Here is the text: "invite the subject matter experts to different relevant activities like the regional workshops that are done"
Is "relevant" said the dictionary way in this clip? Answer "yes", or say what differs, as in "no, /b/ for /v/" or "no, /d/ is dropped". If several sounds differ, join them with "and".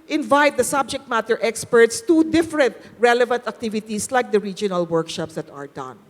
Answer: yes